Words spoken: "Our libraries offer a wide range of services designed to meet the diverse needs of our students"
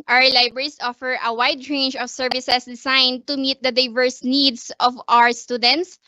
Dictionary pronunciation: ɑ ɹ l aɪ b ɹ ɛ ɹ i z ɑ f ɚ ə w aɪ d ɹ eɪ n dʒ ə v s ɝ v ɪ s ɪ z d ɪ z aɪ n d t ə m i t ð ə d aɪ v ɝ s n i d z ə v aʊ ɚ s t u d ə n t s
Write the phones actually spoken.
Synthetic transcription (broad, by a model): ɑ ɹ l aɪ b ɹ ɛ ɹ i s ɑ f ɚ ə w aɪ d ɹ eɪ n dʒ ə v s ɝ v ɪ s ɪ s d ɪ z aɪ n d t ə m i t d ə d aɪ v ɝ s n i d s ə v aʊ ɚ s t u d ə n t s